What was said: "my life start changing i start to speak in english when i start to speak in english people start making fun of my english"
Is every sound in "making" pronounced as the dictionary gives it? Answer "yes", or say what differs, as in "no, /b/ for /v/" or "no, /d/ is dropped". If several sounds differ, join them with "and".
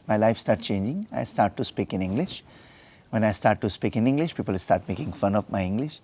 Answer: yes